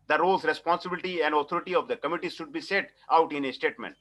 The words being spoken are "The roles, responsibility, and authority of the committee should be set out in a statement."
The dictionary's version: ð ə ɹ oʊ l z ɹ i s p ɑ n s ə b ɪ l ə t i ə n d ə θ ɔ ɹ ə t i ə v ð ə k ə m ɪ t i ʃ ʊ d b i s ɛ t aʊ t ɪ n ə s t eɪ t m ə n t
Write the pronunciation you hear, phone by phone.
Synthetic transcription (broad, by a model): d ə ɹ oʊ l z ɹ i s p ɑ n s ə b ɪ l ə t i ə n d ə t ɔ ɹ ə t i ə v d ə k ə m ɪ t i ʃ ʊ d b i s ɛ t aʊ t ɪ n ə s t eɪ t m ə n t